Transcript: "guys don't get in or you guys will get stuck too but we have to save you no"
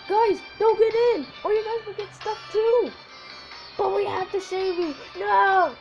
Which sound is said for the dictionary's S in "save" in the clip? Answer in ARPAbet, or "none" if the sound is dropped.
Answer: SH